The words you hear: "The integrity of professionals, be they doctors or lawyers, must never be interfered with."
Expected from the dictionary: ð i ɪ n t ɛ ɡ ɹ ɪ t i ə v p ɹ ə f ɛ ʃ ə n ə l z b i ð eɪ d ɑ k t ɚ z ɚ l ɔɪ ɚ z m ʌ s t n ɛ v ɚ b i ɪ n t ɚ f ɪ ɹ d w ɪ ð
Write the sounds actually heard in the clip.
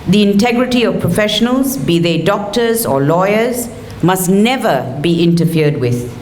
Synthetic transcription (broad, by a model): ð i ɪ n t ɛ ɡ ɹ ɪ t i ə v p ɹ ə f ɛ ʃ ə n ə l z b i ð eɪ d ɑ k t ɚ z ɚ l ɔɪ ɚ z m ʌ s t n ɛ v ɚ b i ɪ n t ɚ f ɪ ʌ d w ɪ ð